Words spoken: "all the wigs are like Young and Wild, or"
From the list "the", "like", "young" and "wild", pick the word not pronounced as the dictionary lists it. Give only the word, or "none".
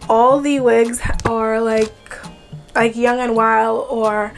none